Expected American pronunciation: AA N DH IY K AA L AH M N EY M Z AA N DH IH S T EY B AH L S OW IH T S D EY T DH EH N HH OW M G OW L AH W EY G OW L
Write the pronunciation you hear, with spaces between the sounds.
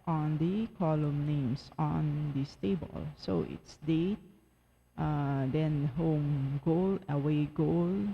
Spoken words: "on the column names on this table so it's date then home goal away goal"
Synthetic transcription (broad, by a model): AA N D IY K AA L AH M N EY M S AA N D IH S T EY B AH L S OW IH T S D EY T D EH N HH OW M G OW L AH W EY G OW L